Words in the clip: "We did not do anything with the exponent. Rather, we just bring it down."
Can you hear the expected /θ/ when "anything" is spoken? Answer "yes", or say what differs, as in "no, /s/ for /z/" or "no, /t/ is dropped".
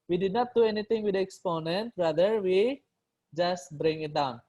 no, /t/ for /θ/